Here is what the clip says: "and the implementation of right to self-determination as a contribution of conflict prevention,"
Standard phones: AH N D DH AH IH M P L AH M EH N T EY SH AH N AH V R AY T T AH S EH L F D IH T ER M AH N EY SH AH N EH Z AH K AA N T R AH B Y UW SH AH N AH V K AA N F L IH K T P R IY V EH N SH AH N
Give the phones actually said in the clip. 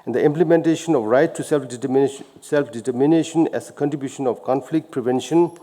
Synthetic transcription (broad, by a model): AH N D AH IH M P L AH M EH N T EY SH AH N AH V R AY T S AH S EH L F D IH T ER M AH N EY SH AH N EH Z AH K AA N T R AH B Y UW SH AH N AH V K AA N F L IH K T P R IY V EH N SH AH N